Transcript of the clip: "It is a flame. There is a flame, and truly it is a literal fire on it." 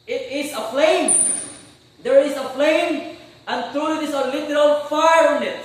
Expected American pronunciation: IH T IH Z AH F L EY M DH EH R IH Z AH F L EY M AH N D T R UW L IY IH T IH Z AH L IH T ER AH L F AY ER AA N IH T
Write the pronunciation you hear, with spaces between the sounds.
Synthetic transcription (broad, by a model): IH T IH S AH F L EY M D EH R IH S AH F L EY M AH N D T R UW L IY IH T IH S AH L IH T ER AH L F AY ER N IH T